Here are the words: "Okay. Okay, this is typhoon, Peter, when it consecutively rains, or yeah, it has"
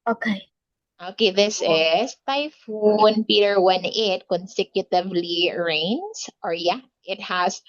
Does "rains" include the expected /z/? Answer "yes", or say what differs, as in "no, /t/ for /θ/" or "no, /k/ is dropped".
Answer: no, /s/ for /z/